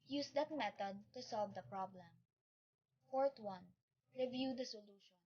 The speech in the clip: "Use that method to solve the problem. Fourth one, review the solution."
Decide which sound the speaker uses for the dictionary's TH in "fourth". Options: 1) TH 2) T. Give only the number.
2